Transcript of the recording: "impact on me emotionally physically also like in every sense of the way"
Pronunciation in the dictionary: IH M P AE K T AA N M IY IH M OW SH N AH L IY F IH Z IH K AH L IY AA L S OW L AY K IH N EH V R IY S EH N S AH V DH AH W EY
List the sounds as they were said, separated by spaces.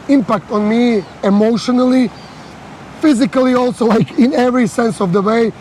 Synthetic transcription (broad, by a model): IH M P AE K T AA N M IY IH M OW SH N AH L IY F IH Z IH K AH L IY AA L S OW L AY K IH N EH V R IY S EH N S AH V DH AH W EY